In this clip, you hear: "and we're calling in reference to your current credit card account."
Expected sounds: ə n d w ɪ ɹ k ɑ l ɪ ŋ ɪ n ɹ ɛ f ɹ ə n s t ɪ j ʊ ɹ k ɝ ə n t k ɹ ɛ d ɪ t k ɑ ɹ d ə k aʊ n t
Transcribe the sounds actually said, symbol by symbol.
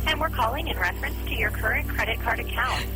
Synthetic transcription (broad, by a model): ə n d w ɪ ɹ k ɑ l ɪ ŋ ɪ n ɹ ɛ f ɹ ə n s t ɪ j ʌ ɹ k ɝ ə n k ɹ ɛ d ɪ t k ɑ ɹ d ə k aʊ n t